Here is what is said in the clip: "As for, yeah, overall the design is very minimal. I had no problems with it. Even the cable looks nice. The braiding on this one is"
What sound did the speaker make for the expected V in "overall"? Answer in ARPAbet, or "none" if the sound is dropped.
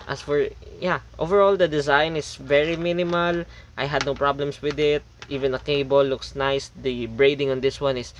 V